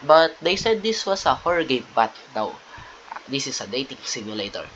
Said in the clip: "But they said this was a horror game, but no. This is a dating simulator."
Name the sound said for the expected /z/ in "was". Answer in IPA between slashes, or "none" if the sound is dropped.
/s/